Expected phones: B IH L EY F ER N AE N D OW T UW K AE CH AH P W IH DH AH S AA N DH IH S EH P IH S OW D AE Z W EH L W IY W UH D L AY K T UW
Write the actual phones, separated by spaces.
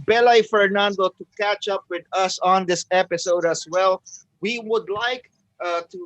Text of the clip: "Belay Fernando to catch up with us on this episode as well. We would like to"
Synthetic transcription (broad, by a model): B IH L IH F ER N AE N D OW T UW K AE CH AH P W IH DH AH S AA N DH IH S EH P IH S OW D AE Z W EH L W IY W UH D L AY K T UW